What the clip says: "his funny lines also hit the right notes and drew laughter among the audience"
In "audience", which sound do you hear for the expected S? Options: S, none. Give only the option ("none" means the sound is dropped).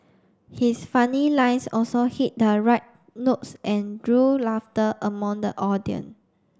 none